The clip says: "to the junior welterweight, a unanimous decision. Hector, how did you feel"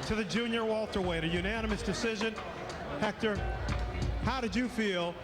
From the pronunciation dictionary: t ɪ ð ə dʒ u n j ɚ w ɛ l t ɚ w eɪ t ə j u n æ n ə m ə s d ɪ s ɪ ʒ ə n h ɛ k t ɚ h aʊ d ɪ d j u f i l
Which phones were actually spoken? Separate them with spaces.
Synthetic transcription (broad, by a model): t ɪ ð ə dʒ u n j ɚ w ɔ l t ɚ w eɪ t ə j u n æ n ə m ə s d ɪ s ɪ ʒ ə n h ɛ k t ɚ h aʊ d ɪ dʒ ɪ f i l